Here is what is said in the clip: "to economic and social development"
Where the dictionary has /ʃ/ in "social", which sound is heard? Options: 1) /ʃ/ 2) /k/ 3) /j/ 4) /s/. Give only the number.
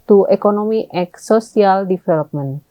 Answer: 4